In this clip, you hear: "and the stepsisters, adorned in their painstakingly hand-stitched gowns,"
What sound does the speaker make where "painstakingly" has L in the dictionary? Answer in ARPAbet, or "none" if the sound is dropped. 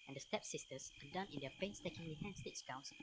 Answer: W